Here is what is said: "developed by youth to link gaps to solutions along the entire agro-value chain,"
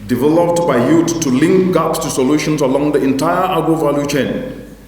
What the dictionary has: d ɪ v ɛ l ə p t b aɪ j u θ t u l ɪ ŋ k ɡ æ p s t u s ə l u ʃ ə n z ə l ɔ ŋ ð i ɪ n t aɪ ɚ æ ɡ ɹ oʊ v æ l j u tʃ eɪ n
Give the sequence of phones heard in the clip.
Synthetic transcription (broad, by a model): d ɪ v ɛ l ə p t b aɪ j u t u l ɪ ŋ k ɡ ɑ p s t u s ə l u ʃ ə n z ə l ɔ ŋ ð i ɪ n t aɪ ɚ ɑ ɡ oʊ v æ l j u tʃ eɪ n